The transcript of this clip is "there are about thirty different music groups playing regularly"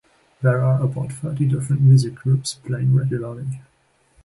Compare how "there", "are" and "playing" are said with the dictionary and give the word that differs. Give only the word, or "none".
none